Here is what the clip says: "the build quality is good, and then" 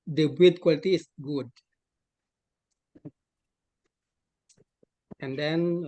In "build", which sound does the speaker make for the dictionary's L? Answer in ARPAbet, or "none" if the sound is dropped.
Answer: none